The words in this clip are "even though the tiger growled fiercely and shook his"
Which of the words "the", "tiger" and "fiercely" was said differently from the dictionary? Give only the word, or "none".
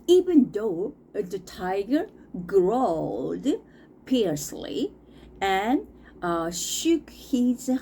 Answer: fiercely